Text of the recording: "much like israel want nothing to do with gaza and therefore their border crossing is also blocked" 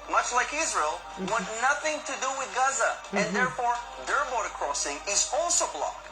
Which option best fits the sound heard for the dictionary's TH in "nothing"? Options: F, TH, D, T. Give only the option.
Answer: TH